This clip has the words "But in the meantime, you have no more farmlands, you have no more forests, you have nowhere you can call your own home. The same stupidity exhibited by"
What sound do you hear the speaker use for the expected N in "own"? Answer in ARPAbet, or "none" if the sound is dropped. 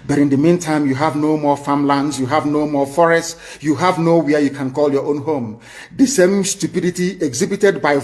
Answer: N